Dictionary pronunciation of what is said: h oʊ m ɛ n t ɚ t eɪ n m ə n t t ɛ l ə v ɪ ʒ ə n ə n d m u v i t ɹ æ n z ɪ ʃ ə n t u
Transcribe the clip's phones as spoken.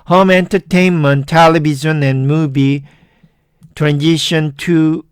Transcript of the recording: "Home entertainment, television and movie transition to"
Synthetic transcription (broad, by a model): h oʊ m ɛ n t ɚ t eɪ n m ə n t t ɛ l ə b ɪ z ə n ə n m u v i t ɹ æ n z ɪ ʃ ə n t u